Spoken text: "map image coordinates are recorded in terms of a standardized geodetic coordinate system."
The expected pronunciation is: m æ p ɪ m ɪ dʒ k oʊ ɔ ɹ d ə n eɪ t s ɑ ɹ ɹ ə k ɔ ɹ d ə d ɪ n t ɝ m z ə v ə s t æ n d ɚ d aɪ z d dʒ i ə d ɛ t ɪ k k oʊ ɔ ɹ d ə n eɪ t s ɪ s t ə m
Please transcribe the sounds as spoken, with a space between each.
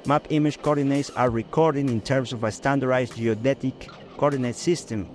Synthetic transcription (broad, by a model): m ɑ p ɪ m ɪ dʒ k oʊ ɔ ɹ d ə n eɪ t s ɑ ɹ ɹ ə k ɔ ɹ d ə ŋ ɪ n t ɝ m s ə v ə s t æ n d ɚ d aɪ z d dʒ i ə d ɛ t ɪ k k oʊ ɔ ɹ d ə n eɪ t s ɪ s t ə m